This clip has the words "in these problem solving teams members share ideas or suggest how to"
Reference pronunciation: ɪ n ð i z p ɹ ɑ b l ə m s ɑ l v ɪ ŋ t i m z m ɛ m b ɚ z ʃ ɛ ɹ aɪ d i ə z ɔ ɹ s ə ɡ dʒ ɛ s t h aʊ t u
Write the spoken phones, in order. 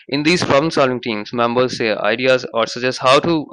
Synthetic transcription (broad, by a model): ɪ n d i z p ɹ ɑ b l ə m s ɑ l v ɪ ŋ t i m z m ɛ m b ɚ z s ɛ aɪ d i ə z ɔ ɹ s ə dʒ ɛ s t h aʊ t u